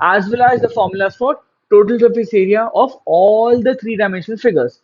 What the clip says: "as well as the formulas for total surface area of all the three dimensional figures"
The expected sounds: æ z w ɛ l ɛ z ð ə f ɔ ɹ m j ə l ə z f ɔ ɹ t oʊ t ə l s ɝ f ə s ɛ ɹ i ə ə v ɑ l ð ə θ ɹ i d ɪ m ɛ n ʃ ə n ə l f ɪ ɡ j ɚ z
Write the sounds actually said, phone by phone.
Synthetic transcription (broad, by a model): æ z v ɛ l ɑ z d ə f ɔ ɹ m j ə l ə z f ɔ ɹ t oʊ t ə l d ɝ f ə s ɛ ɹ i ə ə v ɑ l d ə t ɹ i d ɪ ɪ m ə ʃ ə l f ɪ ɡ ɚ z